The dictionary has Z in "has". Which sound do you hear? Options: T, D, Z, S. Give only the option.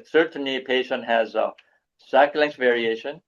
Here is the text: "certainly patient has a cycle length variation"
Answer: Z